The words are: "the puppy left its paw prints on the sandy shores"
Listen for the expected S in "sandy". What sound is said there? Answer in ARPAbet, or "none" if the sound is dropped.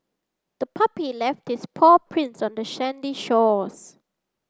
SH